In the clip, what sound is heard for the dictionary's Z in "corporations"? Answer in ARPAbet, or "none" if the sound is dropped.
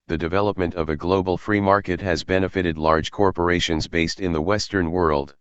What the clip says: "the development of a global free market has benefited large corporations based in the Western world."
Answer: Z